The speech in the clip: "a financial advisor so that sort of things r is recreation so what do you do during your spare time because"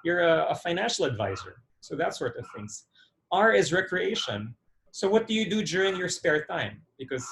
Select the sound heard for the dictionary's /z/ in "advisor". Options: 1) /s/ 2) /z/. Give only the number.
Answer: 2